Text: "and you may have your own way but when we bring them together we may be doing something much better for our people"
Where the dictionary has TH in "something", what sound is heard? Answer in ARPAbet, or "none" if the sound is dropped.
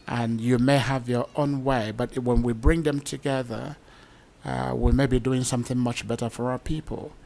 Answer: TH